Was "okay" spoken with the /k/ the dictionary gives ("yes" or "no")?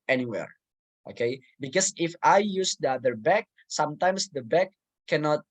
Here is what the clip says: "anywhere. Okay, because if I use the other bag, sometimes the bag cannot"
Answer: yes